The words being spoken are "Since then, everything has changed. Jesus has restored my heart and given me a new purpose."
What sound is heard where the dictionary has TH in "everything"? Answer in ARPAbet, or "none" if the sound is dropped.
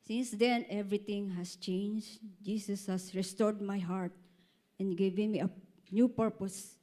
T